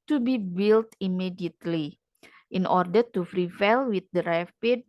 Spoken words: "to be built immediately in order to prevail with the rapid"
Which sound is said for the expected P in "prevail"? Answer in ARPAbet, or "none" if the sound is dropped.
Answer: F